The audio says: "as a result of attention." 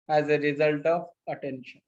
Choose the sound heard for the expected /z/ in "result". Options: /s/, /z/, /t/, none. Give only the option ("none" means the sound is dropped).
/z/